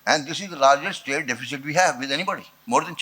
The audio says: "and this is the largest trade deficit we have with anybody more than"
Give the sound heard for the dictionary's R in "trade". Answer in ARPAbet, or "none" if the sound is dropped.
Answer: none